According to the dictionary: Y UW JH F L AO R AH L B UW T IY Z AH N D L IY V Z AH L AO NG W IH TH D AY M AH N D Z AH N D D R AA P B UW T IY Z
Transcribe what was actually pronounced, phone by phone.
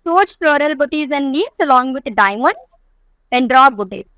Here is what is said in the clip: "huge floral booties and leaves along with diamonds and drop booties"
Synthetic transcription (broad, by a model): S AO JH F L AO R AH L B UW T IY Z AH N D N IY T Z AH L AO NG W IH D D AY M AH N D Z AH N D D R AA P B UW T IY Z